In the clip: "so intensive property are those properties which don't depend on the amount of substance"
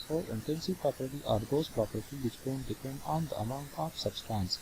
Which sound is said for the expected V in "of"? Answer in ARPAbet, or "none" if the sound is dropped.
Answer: P